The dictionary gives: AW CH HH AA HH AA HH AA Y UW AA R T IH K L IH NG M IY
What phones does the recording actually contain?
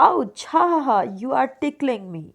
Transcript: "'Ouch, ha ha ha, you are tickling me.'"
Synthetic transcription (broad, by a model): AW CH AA HH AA HH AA Y UW AA R T IH K L IH NG M IY